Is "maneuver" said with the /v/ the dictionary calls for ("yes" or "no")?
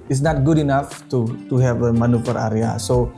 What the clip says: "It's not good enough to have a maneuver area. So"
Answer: no